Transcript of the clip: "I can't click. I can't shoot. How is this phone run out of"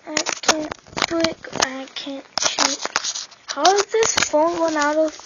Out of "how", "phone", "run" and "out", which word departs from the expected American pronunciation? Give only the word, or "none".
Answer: run